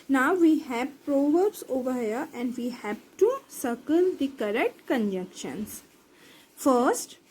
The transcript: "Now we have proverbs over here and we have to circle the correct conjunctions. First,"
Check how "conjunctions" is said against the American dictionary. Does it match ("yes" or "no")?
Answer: no